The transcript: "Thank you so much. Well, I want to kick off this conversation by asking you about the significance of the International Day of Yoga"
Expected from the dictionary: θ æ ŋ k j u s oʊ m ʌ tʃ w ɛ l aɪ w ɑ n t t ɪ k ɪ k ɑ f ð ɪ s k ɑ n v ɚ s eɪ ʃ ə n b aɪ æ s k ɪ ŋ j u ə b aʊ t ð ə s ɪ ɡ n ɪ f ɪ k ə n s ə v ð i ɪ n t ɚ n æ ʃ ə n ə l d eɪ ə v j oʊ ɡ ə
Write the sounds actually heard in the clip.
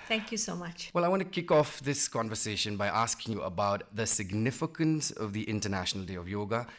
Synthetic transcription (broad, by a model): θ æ ŋ k j u s oʊ m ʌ tʃ w ɛ l aɪ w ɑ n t t ɪ k ɪ k ɑ f ð ɪ s k ɑ n v ɚ s eɪ ʃ ə n b aɪ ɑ s k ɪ ŋ j u ə b aʊ t ð ə s ɪ ɡ n ɪ f ɪ k ə n s ə v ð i ɪ n t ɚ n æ ʃ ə n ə l d eɪ ə v j oʊ ɡ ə